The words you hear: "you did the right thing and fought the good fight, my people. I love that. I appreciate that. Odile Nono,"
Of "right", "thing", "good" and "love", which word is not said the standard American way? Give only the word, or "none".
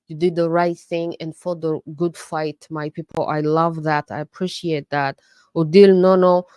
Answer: none